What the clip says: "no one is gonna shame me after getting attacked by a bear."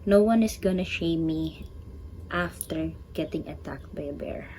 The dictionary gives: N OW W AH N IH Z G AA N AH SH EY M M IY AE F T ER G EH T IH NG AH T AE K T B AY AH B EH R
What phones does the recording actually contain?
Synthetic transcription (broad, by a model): N OW W AH N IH S G AA N AH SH EY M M IY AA F T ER G EH T IH NG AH T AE K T B AY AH B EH R